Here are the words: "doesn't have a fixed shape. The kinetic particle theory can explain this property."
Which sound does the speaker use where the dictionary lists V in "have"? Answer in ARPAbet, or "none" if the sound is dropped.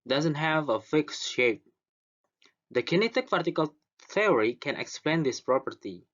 V